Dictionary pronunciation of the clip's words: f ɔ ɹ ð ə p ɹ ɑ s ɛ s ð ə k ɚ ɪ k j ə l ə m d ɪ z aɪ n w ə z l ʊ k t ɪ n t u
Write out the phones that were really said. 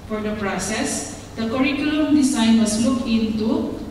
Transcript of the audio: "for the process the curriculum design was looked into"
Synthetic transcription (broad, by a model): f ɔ ɹ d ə p ɹ ɑ s ɛ s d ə k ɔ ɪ k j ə l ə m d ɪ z aɪ n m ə s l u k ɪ n t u